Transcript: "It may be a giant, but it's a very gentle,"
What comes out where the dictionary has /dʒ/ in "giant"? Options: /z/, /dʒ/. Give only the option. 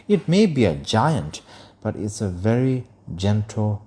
/dʒ/